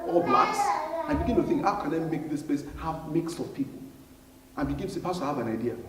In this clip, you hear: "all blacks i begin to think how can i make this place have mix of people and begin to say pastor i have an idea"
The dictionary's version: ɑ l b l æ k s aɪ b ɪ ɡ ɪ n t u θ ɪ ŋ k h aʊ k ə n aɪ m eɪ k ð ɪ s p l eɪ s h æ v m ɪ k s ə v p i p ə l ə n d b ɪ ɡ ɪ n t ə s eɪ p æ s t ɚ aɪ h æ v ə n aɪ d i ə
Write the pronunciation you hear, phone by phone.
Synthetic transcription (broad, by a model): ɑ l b l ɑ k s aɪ b ɪ ɡ ɪ n t u θ ɪ ŋ k h aʊ k ə n aɪ m eɪ k ð ɪ s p eɪ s h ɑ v m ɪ k s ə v p i p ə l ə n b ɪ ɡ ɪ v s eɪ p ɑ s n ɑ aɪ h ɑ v ə n aɪ d i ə